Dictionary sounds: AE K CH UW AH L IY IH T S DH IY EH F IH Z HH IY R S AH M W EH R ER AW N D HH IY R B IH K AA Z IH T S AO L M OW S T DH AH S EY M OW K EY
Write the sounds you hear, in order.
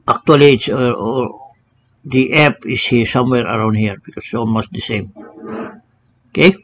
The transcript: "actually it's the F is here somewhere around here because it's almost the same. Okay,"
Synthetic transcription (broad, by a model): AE K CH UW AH L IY IH T S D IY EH P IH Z HH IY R S AH M W EH R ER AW N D HH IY R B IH K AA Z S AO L M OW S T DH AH S EY M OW K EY